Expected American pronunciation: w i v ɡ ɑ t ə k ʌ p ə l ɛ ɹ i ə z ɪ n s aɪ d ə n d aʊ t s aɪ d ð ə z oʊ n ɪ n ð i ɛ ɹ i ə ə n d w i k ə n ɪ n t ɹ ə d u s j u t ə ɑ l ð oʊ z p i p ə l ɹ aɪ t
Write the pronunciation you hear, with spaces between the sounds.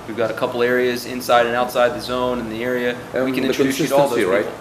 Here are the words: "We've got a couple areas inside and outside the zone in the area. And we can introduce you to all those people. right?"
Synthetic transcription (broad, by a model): w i v ɡ ɑ t ə k ʌ p l ɛ ɹ i ə z ɪ n s aɪ d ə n aʊ t s aɪ d ð ə z oʊ n ɪ n ð i ɛ ɹ i ə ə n w i k ə n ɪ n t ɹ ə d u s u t ɑ l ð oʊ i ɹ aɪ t